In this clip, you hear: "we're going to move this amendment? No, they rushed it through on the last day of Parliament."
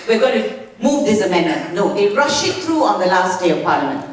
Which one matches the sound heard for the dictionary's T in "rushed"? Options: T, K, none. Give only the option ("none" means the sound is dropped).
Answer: none